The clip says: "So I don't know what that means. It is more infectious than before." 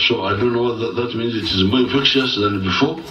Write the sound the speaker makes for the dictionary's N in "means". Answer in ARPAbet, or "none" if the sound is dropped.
N